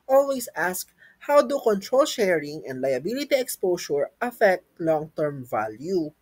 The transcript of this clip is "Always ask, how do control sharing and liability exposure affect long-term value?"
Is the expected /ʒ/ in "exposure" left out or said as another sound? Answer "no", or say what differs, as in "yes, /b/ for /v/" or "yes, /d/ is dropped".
yes, /s/ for /ʒ/